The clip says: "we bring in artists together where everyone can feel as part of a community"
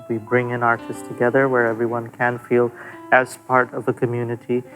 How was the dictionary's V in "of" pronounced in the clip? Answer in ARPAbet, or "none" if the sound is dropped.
V